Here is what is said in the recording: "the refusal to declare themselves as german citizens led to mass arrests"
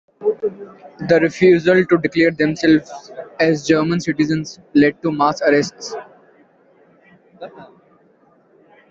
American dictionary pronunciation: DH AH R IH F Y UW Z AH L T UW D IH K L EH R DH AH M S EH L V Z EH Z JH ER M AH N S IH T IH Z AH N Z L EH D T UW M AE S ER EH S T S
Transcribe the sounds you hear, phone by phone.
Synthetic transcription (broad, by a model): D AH R IH F Y UW Z AH L T UW D IH K L EH R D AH M S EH L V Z EH Z JH ER M AH N S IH T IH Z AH N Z L EH D T UW M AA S ER EH S T S